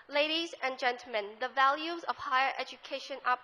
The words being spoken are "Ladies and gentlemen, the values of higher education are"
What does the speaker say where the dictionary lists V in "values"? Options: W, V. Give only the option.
V